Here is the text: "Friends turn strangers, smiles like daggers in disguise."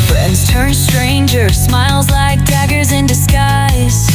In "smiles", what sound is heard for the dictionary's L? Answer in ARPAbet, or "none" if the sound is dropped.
L